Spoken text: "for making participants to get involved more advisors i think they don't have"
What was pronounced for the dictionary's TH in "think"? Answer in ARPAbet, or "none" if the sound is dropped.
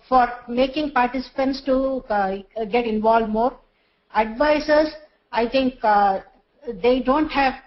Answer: T